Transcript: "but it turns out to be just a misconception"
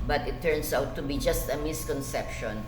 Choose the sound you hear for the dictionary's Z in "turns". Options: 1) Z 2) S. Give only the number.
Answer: 2